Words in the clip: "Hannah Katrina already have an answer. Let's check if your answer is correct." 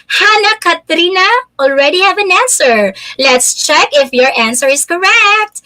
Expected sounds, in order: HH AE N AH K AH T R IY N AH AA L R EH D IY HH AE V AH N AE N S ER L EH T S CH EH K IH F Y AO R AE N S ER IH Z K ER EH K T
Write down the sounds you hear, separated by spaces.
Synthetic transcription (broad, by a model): HH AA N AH K AH T R IY N AH AA L R EH D IY HH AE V AH N AE N S ER L EH T S CH EH K IH F Y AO R AE N S ER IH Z K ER EH K T